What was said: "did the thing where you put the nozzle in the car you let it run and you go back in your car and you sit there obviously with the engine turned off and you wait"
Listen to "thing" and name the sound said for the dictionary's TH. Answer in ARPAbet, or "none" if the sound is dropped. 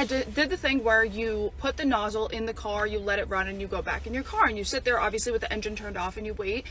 TH